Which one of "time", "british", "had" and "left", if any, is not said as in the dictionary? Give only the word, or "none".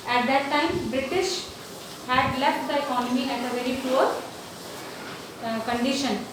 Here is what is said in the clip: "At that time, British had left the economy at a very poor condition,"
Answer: none